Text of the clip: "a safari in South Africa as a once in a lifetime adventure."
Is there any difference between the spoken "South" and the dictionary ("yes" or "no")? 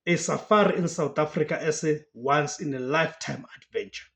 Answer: yes